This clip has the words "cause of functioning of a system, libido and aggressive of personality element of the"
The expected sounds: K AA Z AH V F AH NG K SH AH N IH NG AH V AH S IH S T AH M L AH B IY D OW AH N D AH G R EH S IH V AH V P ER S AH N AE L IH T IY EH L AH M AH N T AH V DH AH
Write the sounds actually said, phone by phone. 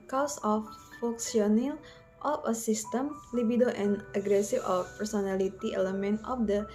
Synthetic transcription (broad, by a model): K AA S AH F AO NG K S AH N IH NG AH F AH S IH S T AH M L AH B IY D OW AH N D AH G R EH S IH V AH F P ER S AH N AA L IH T IY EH L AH M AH N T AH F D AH